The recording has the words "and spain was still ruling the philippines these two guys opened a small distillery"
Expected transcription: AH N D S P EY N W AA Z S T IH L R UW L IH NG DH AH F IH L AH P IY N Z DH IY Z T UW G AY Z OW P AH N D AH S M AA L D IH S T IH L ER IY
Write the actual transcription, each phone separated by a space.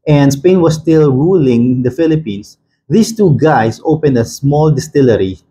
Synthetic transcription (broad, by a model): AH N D S P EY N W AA S T IH L R UW L IH NG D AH F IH L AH P IY N S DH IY S T UW G AY S OW P AH N D AH S M AA L D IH S T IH L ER IY